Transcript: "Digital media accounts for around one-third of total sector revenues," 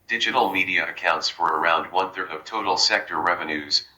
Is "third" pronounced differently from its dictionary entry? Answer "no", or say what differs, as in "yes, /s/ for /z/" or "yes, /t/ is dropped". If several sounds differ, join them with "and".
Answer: no